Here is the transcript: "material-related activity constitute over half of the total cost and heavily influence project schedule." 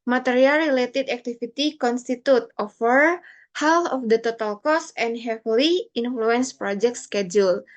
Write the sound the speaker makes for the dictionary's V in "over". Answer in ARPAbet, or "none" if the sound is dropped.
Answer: F